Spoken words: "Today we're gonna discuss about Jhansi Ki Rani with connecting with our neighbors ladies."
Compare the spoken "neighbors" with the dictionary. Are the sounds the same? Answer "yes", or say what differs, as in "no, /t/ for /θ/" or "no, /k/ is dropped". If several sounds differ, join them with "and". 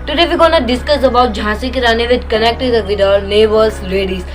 no, /l/ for /n/